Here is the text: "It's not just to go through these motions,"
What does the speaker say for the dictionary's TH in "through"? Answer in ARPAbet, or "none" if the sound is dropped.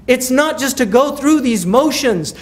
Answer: TH